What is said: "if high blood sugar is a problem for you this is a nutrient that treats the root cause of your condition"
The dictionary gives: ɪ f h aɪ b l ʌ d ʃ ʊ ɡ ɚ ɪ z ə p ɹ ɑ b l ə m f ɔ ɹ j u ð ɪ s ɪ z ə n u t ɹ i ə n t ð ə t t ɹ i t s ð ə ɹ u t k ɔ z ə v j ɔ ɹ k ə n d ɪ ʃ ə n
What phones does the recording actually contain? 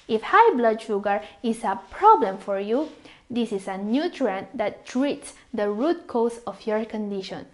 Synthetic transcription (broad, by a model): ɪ f h aɪ b l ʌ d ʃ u ɡ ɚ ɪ s ə p ɹ ɑ b l ə m f ɔ ɹ j u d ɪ s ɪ s ə n u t ɹ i n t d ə t t ɹ i t s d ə ɹ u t k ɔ s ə f j ɔ ɹ k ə n d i ʃ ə n